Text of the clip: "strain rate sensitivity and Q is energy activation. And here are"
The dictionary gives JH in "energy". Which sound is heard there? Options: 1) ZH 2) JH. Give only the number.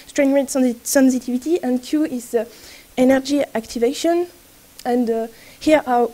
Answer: 2